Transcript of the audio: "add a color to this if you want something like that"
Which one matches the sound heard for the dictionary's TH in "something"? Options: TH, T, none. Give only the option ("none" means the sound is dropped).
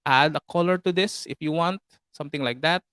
T